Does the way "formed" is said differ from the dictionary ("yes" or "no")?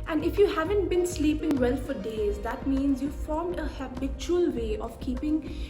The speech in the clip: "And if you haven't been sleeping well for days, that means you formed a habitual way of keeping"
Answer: no